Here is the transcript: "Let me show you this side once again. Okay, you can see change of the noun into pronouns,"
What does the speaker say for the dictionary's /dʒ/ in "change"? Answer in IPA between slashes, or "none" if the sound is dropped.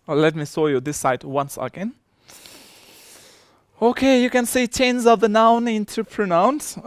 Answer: /z/